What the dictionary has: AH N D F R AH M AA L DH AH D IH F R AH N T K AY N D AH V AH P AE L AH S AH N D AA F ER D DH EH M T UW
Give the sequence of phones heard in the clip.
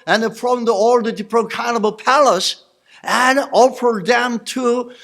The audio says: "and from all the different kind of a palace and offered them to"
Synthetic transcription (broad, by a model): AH N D F R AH M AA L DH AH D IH P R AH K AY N AH B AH P AE L AH S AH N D AA F ER D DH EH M T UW